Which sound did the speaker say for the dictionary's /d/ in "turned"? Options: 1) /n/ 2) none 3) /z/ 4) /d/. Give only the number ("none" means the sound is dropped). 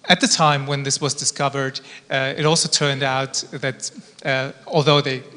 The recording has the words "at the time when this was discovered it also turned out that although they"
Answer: 4